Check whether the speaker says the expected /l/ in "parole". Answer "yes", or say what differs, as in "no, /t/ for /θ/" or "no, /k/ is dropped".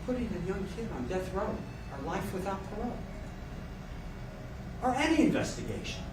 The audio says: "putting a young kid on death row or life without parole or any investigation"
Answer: no, /n/ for /l/